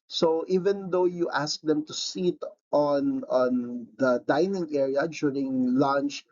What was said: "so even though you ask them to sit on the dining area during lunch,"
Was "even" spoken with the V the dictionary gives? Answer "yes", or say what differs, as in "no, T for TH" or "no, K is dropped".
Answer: yes